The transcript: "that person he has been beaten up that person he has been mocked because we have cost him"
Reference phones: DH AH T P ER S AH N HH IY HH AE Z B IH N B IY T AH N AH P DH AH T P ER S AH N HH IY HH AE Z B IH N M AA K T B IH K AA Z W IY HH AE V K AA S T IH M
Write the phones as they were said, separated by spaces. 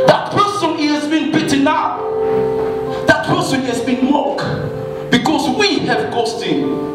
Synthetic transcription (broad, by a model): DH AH T P ER S AH N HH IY HH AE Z B IH N B IY T AH N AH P DH AH T P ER S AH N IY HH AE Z B IH N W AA K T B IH K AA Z W IY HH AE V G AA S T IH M